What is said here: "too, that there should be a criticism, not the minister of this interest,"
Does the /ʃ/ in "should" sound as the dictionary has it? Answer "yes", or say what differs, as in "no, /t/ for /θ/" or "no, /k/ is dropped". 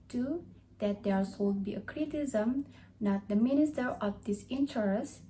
no, /s/ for /ʃ/